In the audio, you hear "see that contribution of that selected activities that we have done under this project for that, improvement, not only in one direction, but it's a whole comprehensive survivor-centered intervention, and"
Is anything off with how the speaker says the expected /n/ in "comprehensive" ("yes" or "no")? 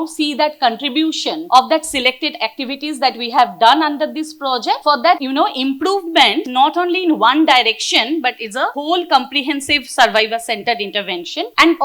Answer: no